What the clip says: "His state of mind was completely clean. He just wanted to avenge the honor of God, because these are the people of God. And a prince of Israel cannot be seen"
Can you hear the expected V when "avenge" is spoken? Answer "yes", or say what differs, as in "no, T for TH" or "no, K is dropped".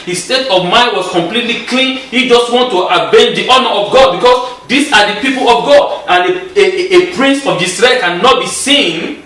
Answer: no, B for V